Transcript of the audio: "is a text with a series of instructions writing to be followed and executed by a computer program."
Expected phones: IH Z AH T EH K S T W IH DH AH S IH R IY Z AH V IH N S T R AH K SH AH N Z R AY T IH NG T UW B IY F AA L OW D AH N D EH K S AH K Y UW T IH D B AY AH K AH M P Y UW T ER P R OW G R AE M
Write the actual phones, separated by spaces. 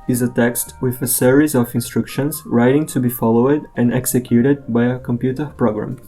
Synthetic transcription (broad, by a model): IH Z AH T EH K S T W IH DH AH S IH R IY Z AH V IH N S T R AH K SH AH N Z R AY T IH NG T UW B IY F AA L OW D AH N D EH K S AH K Y UW T IH D B AY AH K AH M P Y UW T ER P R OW G R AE M